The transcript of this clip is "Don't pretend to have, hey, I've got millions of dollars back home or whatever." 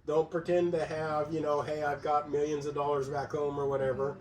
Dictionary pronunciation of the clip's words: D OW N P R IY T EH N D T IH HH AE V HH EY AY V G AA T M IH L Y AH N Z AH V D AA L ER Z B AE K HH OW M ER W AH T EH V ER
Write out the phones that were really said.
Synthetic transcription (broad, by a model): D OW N P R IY T EH N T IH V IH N HH EY AY V G AA T M IH L Y AH N Z AH V D AA L ER Z B AE K HH OW M ER W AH T EH V ER